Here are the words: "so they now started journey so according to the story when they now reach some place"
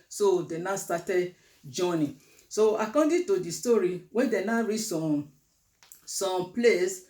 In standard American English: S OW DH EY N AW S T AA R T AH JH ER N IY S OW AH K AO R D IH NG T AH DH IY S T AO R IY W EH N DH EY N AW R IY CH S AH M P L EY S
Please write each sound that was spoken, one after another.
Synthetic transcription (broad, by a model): S OW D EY N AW S T AA T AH JH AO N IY S OW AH K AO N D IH T AH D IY S T AO R IY W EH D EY N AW R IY S S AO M P L EY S